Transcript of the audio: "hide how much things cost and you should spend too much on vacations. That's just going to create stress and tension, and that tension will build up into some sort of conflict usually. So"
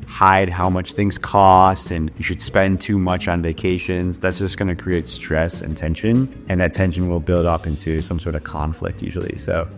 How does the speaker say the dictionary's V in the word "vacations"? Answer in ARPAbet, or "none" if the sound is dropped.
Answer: V